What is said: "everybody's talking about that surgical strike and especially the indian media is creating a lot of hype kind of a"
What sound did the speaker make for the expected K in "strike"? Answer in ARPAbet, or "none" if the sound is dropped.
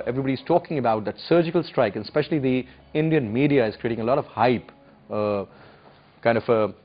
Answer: K